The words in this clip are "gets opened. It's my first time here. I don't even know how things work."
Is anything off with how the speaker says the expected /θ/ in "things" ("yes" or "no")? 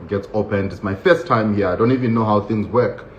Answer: no